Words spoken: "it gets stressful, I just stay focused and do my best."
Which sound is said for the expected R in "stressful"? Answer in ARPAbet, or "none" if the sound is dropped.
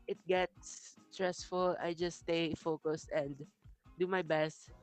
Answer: R